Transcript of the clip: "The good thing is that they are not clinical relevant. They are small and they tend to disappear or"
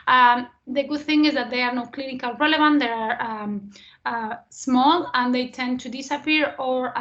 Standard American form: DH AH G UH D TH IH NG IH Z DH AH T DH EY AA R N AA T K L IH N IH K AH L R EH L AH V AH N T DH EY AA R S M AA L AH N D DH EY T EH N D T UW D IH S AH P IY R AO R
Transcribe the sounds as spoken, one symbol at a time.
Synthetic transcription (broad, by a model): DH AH G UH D TH IH NG IH Z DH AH T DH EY AA R N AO K L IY N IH K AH L R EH L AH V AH N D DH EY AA R S M AA L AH N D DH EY T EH N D T UW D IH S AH P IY R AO R